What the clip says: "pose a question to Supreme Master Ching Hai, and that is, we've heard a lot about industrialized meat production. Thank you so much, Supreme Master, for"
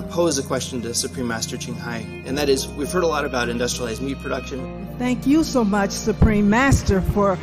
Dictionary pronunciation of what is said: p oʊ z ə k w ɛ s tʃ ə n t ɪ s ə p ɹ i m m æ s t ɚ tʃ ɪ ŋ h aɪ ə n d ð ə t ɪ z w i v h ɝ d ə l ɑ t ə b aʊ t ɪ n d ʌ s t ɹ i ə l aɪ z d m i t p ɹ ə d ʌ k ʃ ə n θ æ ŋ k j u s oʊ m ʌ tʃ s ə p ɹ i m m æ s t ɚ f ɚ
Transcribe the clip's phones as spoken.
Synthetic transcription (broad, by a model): p oʊ z ə k w ɛ s tʃ ə n t ɪ s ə p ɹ i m m æ s t ɚ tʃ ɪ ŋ h aɪ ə n ð ə t ɪ z w i v h ɝ d ə l ɑ t ə b aʊ t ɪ n d ʌ s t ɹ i l aɪ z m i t p ɹ ə d ʌ k ʃ ə n θ æ ŋ k j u s oʊ m ʌ tʃ s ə p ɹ i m m æ s t ɚ f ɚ